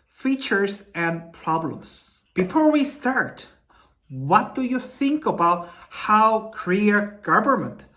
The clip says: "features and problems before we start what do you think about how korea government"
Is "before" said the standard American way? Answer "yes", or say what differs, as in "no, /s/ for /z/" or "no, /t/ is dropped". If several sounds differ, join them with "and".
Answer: yes